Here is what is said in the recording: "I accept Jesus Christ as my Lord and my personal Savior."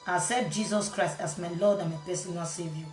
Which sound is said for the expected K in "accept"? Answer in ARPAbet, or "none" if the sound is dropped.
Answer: none